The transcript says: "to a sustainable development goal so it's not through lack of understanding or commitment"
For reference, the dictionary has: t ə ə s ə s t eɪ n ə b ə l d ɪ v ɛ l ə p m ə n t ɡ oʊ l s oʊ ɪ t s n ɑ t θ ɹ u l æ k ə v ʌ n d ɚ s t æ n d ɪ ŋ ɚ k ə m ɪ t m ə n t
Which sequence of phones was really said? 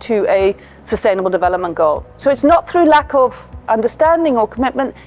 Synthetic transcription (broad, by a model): t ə ə s ə s t eɪ n ə b ə l d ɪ v ɛ l ə p m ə n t ɡ oʊ l s oʊ ɪ t s n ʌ t θ ɹ u l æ k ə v ʌ n d ɚ s t æ n d ɪ ŋ ɚ k ə m ɪ t m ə n t